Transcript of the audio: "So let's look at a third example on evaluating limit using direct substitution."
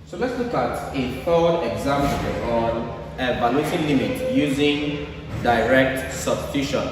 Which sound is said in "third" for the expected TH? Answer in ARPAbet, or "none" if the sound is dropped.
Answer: F